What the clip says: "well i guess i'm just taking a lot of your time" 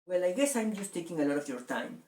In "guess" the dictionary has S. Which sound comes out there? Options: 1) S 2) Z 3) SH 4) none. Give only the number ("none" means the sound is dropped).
1